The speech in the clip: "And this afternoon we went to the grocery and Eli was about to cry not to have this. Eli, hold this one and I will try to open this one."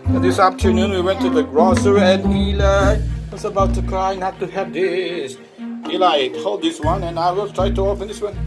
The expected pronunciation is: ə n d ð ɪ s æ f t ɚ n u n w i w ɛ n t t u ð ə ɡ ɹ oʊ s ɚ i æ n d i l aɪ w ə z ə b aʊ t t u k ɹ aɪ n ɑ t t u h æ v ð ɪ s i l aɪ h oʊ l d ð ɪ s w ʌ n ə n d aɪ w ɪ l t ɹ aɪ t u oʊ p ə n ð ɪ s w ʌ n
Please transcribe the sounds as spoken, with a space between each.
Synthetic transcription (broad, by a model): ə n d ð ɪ s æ p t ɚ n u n w i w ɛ n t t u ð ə ɡ ɹ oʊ s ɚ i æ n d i l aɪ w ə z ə b aʊ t t u k ɹ aɪ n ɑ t t u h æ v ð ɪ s i l aɪ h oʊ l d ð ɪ s w ʌ n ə n aɪ w ɪ l t ɹ aɪ t u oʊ f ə n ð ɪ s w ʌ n